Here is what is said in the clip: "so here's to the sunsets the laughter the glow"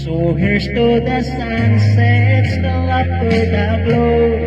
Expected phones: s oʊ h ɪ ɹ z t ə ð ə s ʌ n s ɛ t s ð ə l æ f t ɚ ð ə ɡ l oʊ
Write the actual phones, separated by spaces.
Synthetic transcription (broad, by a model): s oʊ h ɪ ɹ s t ə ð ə s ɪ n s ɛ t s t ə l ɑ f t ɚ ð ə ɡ l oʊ